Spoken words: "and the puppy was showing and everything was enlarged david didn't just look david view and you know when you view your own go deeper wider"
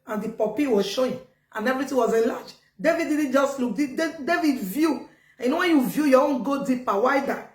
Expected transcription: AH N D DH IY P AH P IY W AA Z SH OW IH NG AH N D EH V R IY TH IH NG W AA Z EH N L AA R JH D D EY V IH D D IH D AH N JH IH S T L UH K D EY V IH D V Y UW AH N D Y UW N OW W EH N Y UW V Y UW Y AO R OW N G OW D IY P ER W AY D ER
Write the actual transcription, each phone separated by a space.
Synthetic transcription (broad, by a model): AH N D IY P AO P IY W AA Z SH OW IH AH N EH V R IY T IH W AA Z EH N L AA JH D D EY V IH D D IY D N JH IH S T L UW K D EY V IH D V Y UW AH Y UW N OW W EH N Y UW V Y UW Y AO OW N G OW D IY P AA W AY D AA